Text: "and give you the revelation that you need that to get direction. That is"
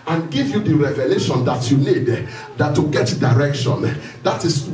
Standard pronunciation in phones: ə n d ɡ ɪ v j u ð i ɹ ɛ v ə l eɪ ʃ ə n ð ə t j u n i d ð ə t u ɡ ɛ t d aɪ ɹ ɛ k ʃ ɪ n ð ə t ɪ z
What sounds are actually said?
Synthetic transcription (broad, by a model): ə n ɡ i v j u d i ɹ ɛ v ə l eɪ ʃ ə n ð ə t j u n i d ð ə t u ɡ ɛ t d aɪ ɹ ɛ k ʃ ɪ n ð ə t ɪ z